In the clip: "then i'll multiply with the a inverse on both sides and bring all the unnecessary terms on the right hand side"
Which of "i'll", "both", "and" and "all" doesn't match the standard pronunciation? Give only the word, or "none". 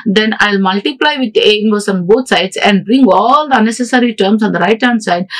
both